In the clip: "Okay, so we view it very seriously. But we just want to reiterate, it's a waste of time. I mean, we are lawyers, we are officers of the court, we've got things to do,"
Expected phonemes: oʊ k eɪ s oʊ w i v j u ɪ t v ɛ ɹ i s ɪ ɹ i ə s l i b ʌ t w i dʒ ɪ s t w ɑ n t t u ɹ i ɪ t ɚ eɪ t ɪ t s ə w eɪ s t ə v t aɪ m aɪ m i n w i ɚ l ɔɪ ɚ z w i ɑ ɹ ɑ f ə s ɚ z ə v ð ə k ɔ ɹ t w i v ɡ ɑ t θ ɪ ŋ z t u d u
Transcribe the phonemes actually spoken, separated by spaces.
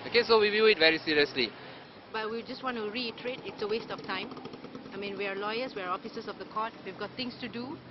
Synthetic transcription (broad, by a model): oʊ k eɪ s oʊ w i v j u ɪ t v ɛ ɹ i s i ɹ i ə s l i b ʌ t w i dʒ ɪ s t w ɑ n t t u ɹ i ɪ t ɚ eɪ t ɪ t s ə w eɪ s t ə f t aɪ m aɪ m i n w i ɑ l ɔɪ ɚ s w i ɑ ɹ ɑ f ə s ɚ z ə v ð ə k ɔ t w i v ɡ ɑ t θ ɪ ŋ s t u d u